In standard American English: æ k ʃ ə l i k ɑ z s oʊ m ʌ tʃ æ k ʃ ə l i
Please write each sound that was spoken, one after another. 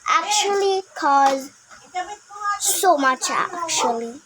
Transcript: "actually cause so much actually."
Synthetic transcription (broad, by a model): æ k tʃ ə l i k ɑ z s oʊ m ʌ tʃ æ k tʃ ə l i